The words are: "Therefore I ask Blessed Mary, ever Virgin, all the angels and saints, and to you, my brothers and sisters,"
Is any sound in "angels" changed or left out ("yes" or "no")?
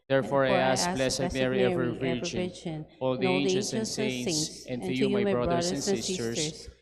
yes